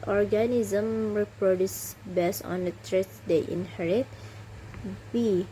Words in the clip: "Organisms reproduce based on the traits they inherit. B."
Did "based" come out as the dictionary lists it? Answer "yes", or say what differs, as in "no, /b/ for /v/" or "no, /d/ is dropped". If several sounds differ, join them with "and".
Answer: no, /t/ is dropped